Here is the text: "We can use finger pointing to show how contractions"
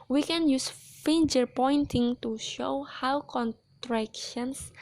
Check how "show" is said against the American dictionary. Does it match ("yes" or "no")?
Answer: yes